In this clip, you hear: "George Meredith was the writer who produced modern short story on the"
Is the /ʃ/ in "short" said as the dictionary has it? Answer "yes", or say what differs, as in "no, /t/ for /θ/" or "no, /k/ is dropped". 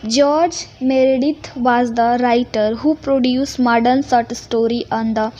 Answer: no, /s/ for /ʃ/